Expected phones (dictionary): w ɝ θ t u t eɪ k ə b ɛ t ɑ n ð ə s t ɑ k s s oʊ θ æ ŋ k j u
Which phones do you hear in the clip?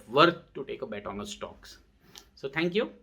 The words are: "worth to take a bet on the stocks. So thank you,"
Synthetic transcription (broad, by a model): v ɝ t t u t eɪ k ə b ɛ t ɑ n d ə s t ɑ k s s oʊ t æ ŋ k j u